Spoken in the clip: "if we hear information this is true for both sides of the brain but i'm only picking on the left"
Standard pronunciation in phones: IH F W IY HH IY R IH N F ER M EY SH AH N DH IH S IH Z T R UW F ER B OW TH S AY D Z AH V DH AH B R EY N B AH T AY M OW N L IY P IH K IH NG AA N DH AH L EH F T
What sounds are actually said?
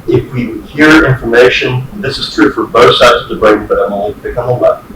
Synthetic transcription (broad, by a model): IH F W IY HH IY R IH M F ER M EY SH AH N DH IH S IH Z T R UW F ER B OW TH S AY D Z AH V DH AH B R EY N B AH T AY M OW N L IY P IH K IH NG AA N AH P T